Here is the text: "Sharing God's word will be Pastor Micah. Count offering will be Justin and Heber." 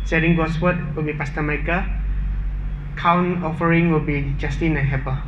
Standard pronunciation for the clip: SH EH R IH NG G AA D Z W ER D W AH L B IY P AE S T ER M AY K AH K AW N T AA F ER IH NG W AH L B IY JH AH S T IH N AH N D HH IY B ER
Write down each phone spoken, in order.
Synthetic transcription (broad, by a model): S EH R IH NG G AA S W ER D W AH L B IY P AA S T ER M AY K AH K AW N AA F ER IH NG W AH L B IY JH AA S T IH N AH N HH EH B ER